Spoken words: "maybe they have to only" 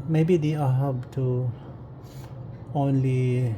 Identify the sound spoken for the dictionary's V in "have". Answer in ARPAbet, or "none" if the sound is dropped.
B